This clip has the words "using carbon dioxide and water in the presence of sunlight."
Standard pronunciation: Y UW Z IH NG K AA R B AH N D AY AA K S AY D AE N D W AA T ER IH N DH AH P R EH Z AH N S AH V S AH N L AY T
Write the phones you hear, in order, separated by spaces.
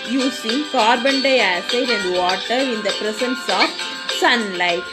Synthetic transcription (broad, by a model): Y UW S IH NG K AA R B AH N D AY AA S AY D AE N D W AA T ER IH N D AH P R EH S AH N S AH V S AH N L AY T